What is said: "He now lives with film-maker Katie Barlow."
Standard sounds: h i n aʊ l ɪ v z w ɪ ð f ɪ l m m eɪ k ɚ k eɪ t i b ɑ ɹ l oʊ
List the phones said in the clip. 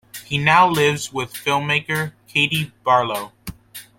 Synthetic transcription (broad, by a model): h i n aʊ l ɪ v z w ɪ ð f ɪ l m m eɪ k ɚ k eɪ t i b ɑ ɹ l oʊ